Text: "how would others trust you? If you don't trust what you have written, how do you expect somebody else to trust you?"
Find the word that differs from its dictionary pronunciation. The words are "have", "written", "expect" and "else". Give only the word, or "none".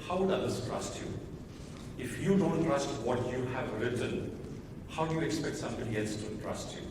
none